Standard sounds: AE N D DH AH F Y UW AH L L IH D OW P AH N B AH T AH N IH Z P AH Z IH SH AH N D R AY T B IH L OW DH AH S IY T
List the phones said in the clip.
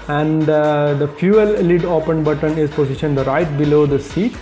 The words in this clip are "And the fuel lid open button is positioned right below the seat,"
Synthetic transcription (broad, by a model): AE N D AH F Y UW AH L L IH D OW P AH N B AH T AH N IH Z P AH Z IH SH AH N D R AY T B IH L OW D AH S IY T